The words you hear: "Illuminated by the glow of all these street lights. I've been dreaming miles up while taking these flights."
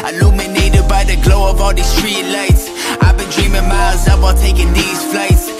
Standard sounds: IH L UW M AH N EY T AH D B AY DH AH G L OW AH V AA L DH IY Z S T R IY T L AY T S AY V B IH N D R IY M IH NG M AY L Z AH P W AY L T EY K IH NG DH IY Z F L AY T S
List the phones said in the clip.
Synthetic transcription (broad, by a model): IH L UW M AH N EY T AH D B AY DH AH G L OW AH V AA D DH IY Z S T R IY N L AY T S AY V B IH N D R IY M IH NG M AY Z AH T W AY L T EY K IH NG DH IY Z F L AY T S